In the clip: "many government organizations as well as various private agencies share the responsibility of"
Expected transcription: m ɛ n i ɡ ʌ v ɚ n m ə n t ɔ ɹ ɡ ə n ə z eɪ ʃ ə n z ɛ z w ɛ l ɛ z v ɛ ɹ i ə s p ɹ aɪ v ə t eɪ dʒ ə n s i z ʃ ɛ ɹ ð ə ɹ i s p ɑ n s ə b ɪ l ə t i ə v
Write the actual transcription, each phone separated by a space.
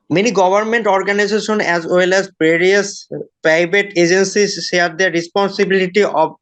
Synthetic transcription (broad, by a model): m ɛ n i ɡ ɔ b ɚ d m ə n t ɔ ɹ ɡ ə n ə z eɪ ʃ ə n ɛ z w ɛ l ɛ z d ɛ ɹ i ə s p aɪ b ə t eɪ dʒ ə n s i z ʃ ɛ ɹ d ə ɹ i s p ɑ n s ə b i l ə t i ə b